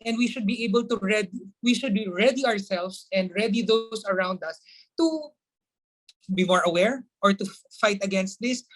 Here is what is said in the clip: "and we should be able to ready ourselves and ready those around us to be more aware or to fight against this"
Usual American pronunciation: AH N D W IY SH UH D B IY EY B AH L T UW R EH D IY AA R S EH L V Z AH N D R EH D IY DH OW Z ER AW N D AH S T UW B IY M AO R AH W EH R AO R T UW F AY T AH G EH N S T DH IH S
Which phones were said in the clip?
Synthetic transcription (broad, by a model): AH N D W IY SH UH D B IY EY B AH L T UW R EH D IY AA R S EH L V S AH N D R EH D IY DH OW S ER AW N D AH S T UW B IY M AO R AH W EH R AO R T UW F AY T AH G EH N S T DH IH S